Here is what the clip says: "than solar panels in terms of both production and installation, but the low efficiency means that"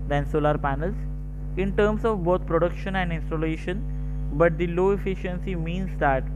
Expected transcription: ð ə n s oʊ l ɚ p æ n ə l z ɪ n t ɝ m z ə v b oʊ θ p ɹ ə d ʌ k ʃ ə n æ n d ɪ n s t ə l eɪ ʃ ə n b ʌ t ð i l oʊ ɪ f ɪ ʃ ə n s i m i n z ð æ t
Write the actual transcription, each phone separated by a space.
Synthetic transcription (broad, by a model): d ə n s oʊ l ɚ p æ n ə l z ɪ n t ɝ m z ə v b oʊ t p ɹ ə d ʌ k ʃ ə n æ n d ɪ n s t ə l eɪ ʃ ə n b ʌ t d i l oʊ ɪ f ɪ ʃ ə n s i m i n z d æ t